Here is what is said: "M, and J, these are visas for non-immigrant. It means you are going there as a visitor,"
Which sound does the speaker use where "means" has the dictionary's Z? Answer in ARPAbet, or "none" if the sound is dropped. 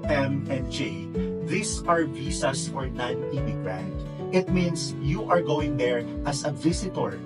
S